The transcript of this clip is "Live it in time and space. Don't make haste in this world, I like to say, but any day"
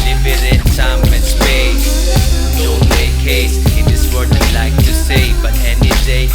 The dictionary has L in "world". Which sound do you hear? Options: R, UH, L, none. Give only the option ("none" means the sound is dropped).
none